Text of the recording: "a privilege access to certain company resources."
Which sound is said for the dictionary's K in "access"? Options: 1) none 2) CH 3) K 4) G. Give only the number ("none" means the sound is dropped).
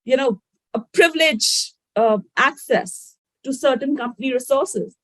3